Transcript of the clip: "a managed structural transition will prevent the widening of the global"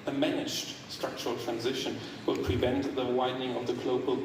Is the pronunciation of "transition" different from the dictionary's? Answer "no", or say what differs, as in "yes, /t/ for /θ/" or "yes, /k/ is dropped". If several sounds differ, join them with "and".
no